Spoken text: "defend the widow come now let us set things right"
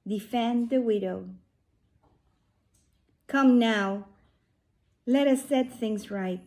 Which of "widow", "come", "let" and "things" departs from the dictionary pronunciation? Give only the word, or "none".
none